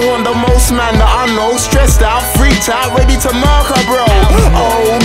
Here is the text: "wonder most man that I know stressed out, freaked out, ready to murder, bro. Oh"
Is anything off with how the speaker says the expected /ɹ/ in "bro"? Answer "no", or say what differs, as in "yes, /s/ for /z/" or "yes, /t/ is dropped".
no